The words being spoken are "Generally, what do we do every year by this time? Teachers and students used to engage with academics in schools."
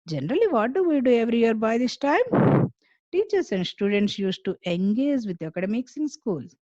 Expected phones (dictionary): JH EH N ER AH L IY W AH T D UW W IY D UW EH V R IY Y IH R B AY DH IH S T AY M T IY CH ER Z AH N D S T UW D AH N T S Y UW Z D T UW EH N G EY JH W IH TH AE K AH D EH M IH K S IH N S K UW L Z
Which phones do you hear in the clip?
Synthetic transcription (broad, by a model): JH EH N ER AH L IY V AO T D UW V IY D UW EH V R IY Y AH R B AY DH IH S T AY M T IY CH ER S AH N D S T UW D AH N T S Y UW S T UW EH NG G EY JH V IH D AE K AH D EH M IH K S IH N S K UW L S